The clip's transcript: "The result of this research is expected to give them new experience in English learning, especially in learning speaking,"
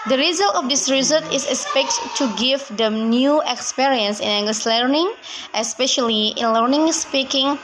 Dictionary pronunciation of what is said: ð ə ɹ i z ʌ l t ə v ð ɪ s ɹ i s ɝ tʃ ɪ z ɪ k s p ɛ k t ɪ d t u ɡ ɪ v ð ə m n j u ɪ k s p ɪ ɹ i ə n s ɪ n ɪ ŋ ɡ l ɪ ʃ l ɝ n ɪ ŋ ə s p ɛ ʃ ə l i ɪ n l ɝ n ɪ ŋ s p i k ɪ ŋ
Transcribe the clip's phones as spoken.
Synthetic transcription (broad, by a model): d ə ɹ i z ʌ l t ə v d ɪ s ɹ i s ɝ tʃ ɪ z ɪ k s p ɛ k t t u ɡ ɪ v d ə m n j u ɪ k s p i ɹ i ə n s ɪ n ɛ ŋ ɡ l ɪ s l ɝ n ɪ ŋ ə s p ɛ ʃ ə l i ɪ n l ɝ n ɪ ŋ s p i k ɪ ŋ